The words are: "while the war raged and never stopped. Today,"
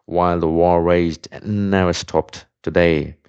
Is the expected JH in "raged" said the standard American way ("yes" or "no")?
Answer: no